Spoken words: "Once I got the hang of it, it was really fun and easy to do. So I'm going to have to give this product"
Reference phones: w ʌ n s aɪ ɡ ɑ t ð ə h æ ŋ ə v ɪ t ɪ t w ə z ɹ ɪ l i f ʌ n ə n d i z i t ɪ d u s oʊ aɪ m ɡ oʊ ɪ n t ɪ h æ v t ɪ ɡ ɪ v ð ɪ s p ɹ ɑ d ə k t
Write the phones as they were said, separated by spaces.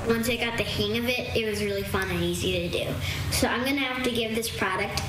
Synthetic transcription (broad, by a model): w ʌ n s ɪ ɡ ɑ t ð ə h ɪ ŋ ə v ɪ t ɪ t w ə z ɹ ɪ l i f ʌ n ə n i z i t ɪ d u s oʊ aɪ m ɡ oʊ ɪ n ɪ h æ f t ɪ ɡ ɪ v ð ɪ s p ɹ ɑ d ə k t